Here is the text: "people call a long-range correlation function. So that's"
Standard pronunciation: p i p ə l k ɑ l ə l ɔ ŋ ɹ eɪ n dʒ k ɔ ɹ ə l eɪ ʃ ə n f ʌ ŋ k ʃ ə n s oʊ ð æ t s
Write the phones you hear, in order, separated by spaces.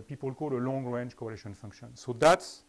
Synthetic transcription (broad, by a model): p i p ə l k ɑ l ə l ɔ ŋ ɹ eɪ n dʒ k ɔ ə l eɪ ʃ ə n f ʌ ŋ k ʃ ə n s oʊ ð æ t s